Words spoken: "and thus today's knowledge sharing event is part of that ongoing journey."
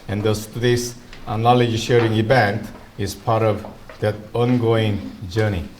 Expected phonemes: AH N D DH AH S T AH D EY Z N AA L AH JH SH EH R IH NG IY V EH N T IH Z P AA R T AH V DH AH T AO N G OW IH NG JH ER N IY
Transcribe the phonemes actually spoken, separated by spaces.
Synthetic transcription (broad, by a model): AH N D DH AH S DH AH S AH N AA L AH JH SH EH R IH NG IY V EH N T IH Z P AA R T AH V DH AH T AO N G OW IH NG JH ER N IY